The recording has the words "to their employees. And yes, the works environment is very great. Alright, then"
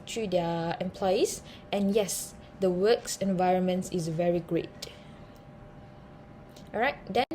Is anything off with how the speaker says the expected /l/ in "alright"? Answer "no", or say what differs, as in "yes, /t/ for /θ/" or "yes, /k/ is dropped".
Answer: yes, /l/ is dropped